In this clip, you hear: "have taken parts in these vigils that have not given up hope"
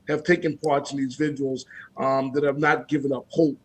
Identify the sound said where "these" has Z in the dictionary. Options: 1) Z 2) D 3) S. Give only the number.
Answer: 1